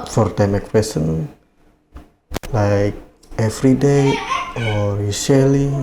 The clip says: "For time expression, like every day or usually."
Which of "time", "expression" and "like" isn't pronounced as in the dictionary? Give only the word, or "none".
expression